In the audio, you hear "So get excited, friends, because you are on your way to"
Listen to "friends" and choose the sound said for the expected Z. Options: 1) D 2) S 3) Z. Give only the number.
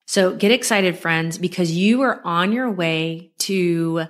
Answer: 3